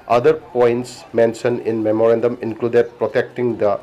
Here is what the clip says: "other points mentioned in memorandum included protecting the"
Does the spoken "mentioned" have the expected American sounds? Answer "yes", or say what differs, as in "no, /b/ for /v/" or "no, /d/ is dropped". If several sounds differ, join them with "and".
no, /d/ is dropped